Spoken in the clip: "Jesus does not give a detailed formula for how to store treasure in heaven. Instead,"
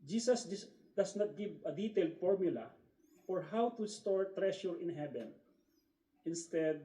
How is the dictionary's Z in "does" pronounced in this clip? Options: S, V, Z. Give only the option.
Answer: S